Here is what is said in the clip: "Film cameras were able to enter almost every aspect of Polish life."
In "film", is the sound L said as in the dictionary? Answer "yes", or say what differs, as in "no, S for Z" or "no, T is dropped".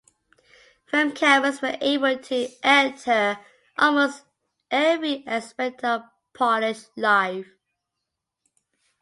no, L is dropped